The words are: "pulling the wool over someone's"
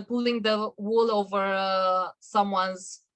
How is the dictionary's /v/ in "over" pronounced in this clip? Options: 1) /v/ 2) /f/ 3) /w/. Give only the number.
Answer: 1